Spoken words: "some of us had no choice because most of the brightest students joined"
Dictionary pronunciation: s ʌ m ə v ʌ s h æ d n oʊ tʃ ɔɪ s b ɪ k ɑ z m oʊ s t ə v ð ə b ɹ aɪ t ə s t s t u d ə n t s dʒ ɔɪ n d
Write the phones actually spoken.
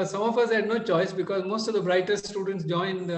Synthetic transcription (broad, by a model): s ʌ m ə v ʌ s h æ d n oʊ tʃ ɔɪ s b ɪ k ɑ z m oʊ s t ə v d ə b ɹ aɪ t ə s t s t u d ə n t s dʒ ɔɪ n d